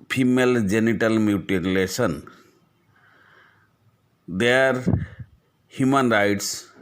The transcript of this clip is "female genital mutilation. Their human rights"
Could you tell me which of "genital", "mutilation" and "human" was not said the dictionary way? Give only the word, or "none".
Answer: mutilation